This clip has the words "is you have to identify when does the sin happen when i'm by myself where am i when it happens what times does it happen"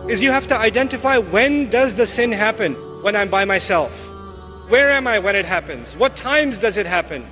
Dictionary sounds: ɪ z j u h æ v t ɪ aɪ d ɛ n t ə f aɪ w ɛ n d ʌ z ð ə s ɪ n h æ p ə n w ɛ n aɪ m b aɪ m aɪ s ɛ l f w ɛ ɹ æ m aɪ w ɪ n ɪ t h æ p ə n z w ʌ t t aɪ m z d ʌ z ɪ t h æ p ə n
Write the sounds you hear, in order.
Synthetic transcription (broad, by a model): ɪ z j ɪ h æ f t ɪ aɪ d ɛ n t ə f aɪ w ɛ n d ʌ z ð ə s ɪ n h æ p ə n w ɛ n aɪ m b aɪ m aɪ s ɛ l f w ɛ ɹ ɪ m aɪ w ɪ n ɪ t h æ p ə n z w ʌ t t aɪ m z d ʌ z ɪ t h æ p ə n